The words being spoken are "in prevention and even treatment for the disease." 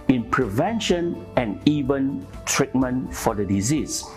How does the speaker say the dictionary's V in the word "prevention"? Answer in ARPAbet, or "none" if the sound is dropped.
V